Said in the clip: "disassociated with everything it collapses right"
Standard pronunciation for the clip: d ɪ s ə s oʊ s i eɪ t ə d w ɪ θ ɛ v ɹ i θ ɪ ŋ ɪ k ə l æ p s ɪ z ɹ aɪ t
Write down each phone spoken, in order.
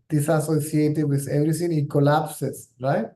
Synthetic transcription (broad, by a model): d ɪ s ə s oʊ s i eɪ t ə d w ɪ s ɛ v ɹ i s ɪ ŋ ɪ k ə l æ p s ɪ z ɹ aɪ t